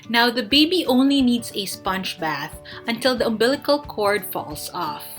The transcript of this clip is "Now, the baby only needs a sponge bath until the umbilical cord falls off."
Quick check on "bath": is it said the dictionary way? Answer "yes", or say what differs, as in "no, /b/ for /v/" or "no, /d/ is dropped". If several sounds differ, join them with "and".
yes